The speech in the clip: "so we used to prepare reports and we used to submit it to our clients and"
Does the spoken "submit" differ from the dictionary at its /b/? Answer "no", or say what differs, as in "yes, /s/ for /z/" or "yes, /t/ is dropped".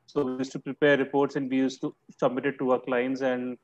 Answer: no